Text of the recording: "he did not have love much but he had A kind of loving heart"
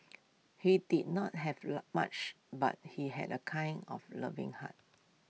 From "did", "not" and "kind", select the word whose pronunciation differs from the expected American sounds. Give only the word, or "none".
kind